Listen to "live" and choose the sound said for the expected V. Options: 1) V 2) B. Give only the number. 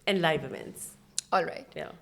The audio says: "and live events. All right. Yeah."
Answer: 2